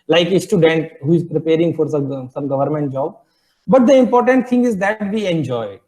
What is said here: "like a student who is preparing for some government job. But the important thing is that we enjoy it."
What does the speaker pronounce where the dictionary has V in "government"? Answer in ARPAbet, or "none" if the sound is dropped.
V